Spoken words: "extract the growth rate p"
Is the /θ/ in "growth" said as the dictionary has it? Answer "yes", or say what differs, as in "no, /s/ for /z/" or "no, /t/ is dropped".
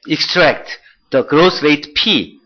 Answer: no, /s/ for /θ/